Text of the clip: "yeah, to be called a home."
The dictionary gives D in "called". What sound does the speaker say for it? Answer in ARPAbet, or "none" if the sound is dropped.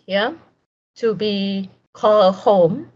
none